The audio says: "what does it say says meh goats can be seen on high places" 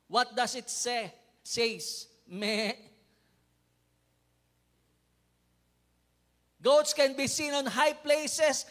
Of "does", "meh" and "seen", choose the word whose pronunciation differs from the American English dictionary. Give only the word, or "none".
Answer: does